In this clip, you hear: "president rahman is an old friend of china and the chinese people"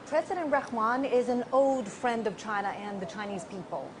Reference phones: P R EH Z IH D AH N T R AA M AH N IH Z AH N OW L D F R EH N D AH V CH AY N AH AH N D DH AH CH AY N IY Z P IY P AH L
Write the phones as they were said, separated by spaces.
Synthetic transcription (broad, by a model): P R EH Z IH D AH N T R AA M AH N IH Z AH N OW L D F R EH N D AH V CH AY N AH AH N DH AH CH AY N IY Z P IY P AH L